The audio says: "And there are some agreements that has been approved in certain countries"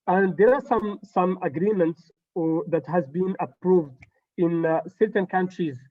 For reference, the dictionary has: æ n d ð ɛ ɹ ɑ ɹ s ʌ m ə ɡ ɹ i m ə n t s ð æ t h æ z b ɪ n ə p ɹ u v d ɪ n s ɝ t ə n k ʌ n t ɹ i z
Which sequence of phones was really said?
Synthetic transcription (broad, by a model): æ n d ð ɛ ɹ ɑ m s ʌ m ə ɡ ɹ i m ə n t s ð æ t h æ z b ɪ n ə p ɹ u v d ɪ n s ɝ t ə n k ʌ n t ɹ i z